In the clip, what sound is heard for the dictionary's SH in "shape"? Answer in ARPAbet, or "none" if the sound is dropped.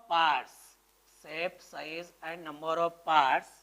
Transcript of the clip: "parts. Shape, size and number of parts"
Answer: S